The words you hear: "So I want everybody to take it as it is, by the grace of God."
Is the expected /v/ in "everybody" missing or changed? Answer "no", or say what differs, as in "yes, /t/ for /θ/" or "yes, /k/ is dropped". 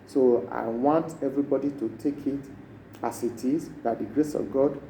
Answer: no